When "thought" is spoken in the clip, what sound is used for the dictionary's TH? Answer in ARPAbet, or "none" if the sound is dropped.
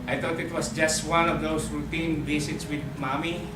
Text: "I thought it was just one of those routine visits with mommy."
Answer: T